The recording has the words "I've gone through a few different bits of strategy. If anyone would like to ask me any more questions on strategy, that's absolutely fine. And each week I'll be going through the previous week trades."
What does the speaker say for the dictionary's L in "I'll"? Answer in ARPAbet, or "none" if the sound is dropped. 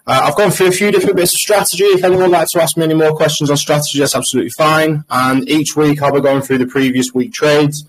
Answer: L